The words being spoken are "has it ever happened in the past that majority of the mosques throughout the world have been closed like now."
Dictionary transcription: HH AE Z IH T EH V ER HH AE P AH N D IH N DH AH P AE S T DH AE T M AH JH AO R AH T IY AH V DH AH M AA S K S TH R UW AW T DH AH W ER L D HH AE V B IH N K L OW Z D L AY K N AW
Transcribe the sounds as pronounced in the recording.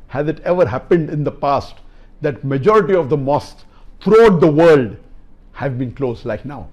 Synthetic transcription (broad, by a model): HH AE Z IH T EH V ER HH AE P AH N D IH N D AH P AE S T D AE T M AH JH AO R AH T IY AH V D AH M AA S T R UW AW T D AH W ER L D HH AE V B IH N K L OW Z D L AY K N AW